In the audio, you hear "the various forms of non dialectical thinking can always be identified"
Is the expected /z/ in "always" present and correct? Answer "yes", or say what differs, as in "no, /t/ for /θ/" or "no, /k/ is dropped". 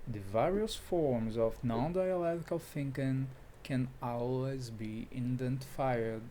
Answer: yes